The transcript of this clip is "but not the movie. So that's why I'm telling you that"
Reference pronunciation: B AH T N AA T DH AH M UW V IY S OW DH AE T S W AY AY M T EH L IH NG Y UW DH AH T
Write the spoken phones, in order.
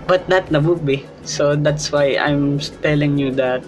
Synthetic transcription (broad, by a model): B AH T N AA T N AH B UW B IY S OW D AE T S W AY AY M T EH L IH NG Y UW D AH T